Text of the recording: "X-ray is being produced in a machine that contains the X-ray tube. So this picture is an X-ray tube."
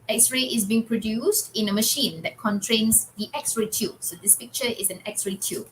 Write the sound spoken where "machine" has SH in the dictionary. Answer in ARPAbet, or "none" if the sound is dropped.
SH